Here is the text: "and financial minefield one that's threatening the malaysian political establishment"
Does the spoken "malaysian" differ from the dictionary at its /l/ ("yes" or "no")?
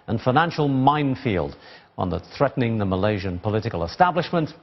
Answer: no